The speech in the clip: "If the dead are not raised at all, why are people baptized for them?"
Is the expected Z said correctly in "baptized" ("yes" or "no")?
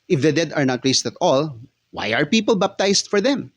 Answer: no